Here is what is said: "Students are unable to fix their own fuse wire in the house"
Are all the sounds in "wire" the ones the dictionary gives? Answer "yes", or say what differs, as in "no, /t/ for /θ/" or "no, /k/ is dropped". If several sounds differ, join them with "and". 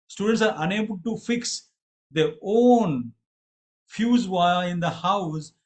no, /l/ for /ɹ/